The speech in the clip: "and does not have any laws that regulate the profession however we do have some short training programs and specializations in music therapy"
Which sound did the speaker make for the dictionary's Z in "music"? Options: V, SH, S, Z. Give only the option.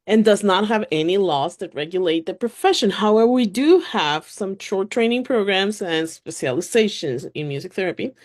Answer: Z